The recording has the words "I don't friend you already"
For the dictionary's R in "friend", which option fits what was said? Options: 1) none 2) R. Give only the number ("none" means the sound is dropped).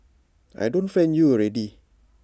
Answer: 1